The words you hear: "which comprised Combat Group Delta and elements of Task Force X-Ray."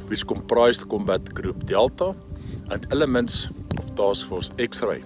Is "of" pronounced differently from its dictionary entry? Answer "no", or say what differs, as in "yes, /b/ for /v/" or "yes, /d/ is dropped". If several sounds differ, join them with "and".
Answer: yes, /f/ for /v/